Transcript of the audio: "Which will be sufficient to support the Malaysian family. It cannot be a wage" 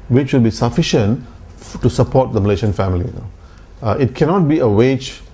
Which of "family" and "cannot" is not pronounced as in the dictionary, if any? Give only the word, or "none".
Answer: family